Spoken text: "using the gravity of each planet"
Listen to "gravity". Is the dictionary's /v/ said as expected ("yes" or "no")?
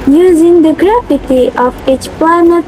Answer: no